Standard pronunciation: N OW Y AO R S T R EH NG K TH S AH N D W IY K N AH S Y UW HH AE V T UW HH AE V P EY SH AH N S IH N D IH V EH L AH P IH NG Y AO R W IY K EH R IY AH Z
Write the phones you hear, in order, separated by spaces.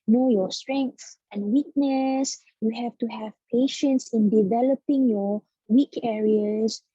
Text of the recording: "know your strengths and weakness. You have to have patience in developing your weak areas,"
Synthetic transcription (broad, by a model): N OW Y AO S T R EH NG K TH AH N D W IY K N AH S Y UW HH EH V T UW HH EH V P EY SH AH N S IH N D IH V EH L AH P IH NG Y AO W IY K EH R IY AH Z